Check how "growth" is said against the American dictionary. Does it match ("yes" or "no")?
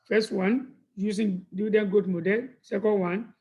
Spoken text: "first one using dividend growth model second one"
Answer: no